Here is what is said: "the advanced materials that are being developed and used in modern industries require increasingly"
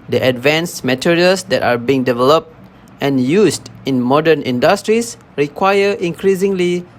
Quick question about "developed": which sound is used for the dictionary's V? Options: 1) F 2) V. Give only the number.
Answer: 2